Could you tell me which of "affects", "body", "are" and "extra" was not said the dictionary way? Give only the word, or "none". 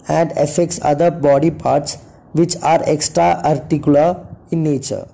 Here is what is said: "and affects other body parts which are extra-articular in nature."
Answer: none